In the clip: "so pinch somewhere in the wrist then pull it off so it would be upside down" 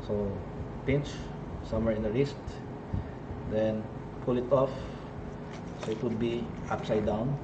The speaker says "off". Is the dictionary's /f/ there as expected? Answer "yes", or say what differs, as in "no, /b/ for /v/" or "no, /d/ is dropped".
yes